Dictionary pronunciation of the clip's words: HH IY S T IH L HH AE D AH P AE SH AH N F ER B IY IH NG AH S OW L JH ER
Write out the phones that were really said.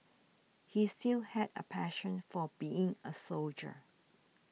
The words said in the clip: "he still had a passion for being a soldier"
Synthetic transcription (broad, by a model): HH IY S T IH L HH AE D AH P AE SH AH N F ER B IY IH NG AH S OW L JH ER